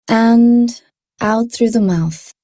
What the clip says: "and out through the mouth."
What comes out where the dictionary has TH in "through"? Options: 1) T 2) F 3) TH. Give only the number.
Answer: 3